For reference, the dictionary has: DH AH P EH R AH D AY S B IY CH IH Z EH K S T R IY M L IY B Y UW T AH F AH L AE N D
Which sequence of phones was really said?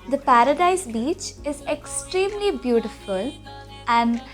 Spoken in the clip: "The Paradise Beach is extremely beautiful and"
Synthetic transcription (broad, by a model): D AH P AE R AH D AY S B IY CH IH Z EH K S T R IY M L IY B Y UW T AH F AH L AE N D